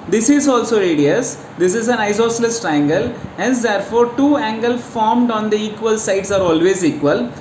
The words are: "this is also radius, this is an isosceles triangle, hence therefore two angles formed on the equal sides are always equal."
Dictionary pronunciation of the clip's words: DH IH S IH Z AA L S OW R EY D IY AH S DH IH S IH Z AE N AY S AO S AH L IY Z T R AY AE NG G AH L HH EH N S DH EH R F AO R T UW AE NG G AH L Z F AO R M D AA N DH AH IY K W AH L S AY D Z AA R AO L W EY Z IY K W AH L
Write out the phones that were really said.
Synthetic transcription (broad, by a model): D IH S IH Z AA L S OW R EY D IY AH S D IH S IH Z AE N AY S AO S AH L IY S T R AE NG G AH L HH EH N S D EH R F AO R T UW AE NG G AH L F AO R M D AA N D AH IY K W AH L S AY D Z AA R AO L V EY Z IY K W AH L